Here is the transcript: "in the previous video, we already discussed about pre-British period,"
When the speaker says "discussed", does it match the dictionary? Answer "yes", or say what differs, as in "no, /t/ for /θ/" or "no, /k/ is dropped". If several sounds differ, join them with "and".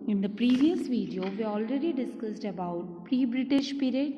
yes